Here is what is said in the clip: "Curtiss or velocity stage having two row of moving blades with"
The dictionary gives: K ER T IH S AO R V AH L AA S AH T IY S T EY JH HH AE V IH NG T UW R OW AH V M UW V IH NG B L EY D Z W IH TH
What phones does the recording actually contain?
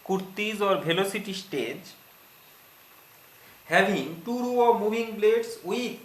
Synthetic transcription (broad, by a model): K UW T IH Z AO R B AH L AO S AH T IY S T EY JH HH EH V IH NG T UW R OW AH M UW B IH NG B L EY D S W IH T